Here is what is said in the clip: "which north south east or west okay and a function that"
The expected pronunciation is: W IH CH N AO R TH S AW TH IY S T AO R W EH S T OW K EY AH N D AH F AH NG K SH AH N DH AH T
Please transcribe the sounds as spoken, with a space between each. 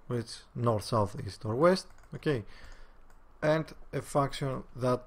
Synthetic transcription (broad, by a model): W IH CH N AO R TH S AW TH IY S T AO R W EH S T OW K EY AH N D AH F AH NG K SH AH N DH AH T